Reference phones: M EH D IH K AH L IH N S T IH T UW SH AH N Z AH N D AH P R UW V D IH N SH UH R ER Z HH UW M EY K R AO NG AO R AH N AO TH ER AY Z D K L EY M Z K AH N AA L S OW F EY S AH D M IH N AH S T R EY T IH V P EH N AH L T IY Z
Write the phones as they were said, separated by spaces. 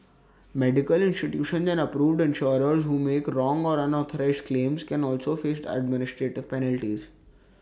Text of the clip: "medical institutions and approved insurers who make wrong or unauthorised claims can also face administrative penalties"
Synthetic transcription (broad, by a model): M EH D IH K AH L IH N S T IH T UW SH AH N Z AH N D AH P R UW V D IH N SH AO R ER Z HH UW M EY K R AO NG AO R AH N AO T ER AY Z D K L EY M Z K AH N AA L S OW F EY S AH D M IH N AH S T R EY T IH V P EH N AH L T IY Z